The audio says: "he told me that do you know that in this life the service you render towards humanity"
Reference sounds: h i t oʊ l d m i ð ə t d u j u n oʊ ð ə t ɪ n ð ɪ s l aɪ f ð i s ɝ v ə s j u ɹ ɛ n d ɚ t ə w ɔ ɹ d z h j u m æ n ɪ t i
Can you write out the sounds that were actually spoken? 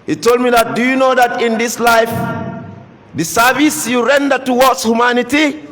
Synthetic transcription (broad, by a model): h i t oʊ l d m i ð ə t d u j u n oʊ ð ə t ɪ n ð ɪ s l aɪ f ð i s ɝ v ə s j u ɹ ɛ n d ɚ t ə w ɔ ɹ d s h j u m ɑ n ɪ t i